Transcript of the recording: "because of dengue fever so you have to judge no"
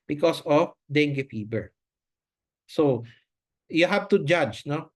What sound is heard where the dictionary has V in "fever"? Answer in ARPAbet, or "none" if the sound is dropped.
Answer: B